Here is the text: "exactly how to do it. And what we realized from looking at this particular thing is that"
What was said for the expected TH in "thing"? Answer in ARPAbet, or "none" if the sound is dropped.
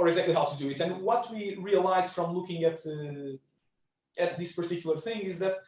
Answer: TH